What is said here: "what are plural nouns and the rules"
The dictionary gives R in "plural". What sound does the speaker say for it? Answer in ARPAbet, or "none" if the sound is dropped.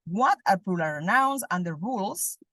L